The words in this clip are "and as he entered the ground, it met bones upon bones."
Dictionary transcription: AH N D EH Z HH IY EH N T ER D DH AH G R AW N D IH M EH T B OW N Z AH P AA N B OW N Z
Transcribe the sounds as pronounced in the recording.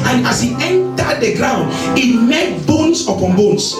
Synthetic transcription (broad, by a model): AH N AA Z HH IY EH N T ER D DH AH G R AW N D IH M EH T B OW N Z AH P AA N B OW N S